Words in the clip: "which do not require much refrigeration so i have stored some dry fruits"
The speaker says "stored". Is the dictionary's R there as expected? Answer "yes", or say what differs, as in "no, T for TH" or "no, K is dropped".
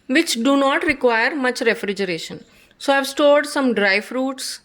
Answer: yes